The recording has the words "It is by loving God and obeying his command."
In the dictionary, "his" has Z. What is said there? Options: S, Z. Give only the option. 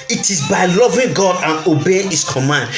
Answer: S